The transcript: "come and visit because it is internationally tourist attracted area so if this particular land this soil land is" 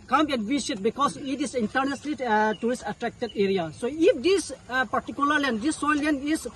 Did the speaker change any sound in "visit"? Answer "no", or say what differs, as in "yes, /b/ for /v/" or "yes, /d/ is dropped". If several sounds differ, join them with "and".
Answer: yes, /s/ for /z/